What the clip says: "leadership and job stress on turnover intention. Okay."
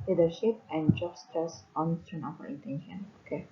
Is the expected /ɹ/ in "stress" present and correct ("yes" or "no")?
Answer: no